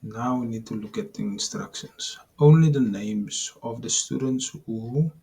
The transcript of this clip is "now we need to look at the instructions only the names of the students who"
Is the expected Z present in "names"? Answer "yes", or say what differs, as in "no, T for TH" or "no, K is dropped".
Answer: no, S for Z